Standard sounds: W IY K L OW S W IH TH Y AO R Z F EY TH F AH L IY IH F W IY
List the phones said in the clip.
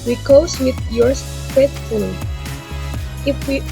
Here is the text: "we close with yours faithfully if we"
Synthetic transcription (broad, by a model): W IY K OW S W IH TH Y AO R S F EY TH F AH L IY IH F W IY